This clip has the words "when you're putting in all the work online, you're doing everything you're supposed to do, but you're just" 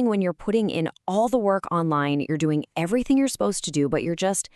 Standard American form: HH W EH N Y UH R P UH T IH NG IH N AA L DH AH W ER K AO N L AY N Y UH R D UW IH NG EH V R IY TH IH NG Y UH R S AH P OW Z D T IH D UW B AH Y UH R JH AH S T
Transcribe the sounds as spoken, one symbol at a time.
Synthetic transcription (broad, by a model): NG W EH N Y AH R P UH T IH NG IH N AA L DH AH W ER K AO N L AY N Y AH R D UW IH NG EH V R IY TH IH NG Y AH R S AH P OW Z T IH D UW B AH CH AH R JH AH S T